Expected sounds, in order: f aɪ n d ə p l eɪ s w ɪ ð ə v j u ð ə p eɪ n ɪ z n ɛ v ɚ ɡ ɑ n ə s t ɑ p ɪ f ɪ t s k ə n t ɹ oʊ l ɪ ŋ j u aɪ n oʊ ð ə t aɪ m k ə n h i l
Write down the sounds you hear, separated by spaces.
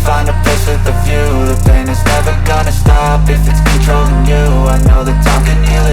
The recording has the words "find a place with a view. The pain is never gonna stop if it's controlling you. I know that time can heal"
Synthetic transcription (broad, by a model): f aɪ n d ə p ɪ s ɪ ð ə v j u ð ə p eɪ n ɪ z n ɛ v ɚ ɡ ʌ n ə s t ɑ p ɪ f ɪ t s k n t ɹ oʊ l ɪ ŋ j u aɪ n oʊ ð ə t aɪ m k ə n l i